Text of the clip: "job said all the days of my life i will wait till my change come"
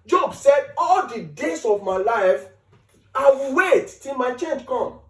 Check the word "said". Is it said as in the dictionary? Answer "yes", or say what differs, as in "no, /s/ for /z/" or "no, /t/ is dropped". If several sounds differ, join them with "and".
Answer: yes